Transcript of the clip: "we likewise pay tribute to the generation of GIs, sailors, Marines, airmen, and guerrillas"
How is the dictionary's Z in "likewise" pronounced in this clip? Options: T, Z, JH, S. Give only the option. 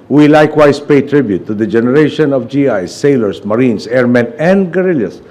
S